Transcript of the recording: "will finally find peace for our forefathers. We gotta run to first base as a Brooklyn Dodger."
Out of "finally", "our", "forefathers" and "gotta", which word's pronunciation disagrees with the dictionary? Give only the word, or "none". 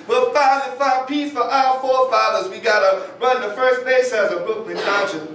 finally